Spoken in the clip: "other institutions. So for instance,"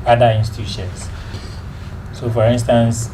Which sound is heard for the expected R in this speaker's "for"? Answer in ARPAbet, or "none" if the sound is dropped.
R